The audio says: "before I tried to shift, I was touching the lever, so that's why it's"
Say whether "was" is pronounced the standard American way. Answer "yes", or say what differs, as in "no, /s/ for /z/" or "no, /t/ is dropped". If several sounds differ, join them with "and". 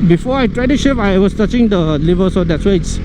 no, /s/ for /z/